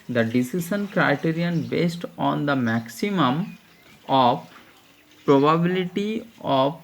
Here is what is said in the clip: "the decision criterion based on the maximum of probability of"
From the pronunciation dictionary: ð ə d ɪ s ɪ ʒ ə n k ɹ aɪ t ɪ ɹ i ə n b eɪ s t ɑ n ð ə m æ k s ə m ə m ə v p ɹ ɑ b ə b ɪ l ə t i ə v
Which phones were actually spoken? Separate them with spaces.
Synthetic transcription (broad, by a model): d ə d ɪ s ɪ ʃ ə n k ɹ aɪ t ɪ ɹ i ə n b eɪ s t ɑ n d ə m æ k s ə m ə m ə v p ɹ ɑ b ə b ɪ l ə t i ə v